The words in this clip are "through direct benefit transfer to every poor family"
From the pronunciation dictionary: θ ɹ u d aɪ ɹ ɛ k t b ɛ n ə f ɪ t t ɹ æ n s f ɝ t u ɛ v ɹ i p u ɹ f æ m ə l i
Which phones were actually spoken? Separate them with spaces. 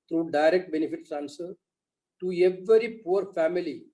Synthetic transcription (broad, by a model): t ɹ u d aɪ ɹ ɛ k t b ɛ n ə f ɪ t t æ n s ɝ t u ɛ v ɹ i p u ɹ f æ m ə l i